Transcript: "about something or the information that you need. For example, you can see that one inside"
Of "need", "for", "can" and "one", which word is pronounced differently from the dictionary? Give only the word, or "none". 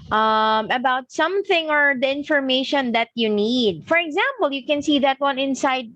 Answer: none